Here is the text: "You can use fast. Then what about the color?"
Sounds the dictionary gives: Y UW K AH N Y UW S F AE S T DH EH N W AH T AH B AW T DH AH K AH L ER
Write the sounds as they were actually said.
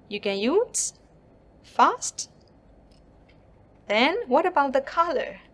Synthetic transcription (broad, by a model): Y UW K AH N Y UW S F AE S T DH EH N W AH T AH B AW T DH AH K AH L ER